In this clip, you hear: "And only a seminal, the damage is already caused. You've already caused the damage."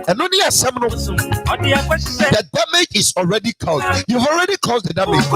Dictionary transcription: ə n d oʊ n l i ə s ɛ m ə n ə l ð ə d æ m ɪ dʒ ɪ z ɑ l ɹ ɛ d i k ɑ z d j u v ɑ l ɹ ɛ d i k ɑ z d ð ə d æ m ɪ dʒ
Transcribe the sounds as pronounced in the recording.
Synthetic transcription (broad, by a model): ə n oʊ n i ə s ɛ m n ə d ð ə d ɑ m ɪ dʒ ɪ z ɑ l ɹ ɛ d i k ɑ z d j u v ɑ l ɹ ɛ d i k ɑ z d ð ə d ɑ m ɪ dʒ